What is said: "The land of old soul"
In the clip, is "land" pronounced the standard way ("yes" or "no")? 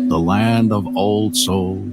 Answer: yes